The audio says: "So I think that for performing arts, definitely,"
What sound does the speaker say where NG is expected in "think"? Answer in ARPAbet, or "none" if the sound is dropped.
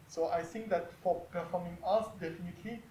NG